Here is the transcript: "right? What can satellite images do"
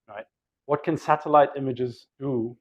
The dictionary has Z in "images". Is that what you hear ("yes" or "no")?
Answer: yes